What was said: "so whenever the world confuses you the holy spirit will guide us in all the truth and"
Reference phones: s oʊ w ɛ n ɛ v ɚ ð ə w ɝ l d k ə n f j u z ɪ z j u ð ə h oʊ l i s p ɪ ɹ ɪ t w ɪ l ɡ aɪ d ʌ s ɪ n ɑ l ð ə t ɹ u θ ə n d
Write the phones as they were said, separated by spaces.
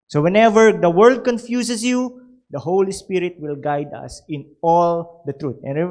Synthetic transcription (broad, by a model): s oʊ w ɛ n ɛ v ɚ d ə w ɝ l d k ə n f j u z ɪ s j u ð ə h oʊ l i s p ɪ ɹ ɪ t w ɪ l ɡ aɪ d ʌ s ɪ n ɑ l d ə t ɹ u t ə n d